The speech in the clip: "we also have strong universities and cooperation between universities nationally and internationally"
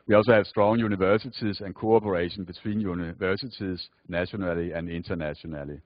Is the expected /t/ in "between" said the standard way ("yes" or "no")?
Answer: no